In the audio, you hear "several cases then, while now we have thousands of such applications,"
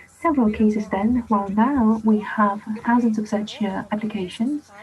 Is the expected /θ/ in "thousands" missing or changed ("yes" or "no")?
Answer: no